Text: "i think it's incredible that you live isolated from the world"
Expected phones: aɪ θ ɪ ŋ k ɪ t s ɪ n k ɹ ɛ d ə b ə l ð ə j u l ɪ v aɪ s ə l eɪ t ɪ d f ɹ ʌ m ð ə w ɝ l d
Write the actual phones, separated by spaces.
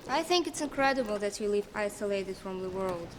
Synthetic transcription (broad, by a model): aɪ θ ɪ ŋ k ɪ t s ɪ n k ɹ ɛ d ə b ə l ð ə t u l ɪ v aɪ s ə l eɪ t ɪ d f ɹ ʌ m ð ə w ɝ l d